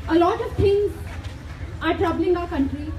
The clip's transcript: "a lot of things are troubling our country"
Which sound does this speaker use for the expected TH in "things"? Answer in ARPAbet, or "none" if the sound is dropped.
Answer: T